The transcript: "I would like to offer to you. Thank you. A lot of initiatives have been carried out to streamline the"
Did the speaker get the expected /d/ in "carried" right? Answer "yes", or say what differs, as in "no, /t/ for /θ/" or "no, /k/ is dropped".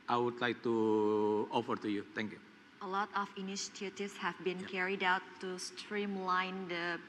yes